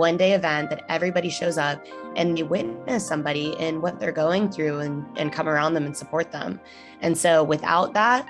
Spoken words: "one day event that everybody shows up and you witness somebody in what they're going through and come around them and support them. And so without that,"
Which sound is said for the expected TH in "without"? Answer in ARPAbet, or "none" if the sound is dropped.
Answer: TH